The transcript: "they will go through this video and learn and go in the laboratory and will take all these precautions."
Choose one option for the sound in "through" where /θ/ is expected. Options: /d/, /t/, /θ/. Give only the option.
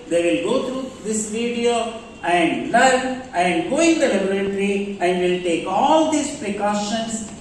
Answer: /t/